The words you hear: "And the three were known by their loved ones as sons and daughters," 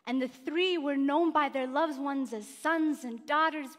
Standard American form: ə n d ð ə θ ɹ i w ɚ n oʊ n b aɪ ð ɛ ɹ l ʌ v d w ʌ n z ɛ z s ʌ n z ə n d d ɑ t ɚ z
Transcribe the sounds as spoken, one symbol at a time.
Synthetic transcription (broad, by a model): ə n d ð ə θ ɹ i w ɚ n oʊ n b aɪ ð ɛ ɹ l ʌ v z w ʌ n z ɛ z s ʌ n z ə n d d ɑ t ɚ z